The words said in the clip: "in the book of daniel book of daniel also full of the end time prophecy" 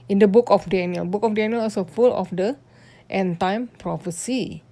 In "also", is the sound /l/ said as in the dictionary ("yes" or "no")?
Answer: no